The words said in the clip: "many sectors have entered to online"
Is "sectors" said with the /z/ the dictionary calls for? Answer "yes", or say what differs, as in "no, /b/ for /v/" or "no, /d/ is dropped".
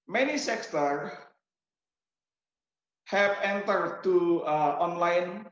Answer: no, /z/ is dropped